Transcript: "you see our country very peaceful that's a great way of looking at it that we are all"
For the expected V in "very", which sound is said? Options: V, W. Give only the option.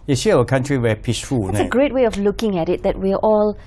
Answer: W